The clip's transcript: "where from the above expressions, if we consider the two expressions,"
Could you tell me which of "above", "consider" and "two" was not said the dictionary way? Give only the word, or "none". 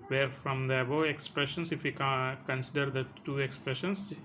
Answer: above